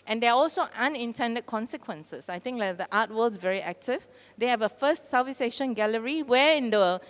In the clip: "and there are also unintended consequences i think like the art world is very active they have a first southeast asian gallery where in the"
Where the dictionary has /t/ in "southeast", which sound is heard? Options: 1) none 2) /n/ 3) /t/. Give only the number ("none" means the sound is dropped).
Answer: 1